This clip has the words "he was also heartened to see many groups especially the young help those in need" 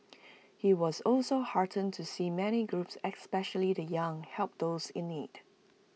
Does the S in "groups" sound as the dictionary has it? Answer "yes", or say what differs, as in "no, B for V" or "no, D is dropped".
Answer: yes